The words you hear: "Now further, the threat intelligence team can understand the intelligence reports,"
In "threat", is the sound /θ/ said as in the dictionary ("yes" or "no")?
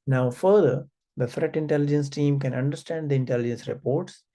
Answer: no